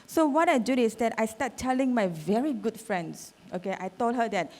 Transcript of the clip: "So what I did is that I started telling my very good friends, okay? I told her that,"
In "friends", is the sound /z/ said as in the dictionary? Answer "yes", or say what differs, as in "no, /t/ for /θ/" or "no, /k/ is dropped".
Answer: no, /s/ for /z/